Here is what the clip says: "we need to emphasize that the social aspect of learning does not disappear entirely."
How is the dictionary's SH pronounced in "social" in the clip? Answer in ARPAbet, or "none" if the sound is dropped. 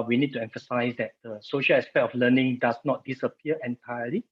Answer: SH